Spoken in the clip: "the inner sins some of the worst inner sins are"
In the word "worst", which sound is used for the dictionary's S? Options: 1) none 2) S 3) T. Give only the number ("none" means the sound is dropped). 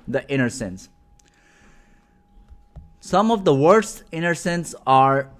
2